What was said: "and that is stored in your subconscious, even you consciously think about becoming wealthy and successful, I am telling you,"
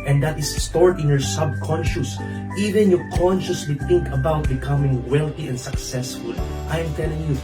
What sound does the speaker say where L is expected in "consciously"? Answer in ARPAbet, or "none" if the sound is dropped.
L